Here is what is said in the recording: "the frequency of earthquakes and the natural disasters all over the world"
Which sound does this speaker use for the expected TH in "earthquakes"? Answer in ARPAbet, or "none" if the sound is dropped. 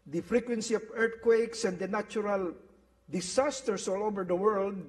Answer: T